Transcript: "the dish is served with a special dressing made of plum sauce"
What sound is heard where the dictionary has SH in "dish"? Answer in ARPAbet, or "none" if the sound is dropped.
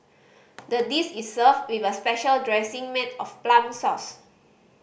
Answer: S